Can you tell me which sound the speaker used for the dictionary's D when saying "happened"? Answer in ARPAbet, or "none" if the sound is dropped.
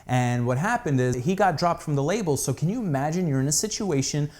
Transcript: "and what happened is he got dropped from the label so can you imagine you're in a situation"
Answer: D